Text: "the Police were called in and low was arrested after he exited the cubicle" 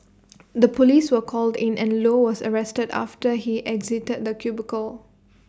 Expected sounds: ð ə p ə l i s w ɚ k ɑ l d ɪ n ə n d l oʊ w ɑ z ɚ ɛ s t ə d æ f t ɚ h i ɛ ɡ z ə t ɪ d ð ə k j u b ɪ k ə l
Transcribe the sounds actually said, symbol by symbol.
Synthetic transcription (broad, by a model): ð ə p ə l i s w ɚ k ɑ l d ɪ n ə n l oʊ w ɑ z ɚ ɛ s t ə d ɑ f t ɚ h i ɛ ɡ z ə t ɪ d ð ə k j u b ɪ k ə l